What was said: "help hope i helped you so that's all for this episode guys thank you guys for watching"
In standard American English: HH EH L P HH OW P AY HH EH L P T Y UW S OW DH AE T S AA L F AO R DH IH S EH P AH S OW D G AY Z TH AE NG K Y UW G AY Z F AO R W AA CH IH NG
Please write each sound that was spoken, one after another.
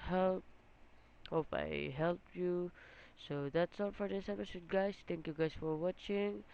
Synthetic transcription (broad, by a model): HH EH L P HH OW P AY HH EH L P Y UW S OW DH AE T S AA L F AO R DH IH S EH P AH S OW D G AY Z T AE NG K Y UW G AY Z F AO R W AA CH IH NG